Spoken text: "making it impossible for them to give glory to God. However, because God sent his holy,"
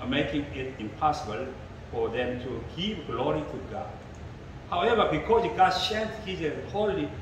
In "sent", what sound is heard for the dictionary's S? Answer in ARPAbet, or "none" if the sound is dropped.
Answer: SH